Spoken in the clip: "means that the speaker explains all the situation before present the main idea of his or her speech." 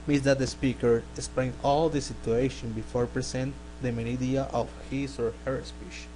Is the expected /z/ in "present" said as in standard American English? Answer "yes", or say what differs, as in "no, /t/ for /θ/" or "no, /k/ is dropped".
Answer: no, /s/ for /z/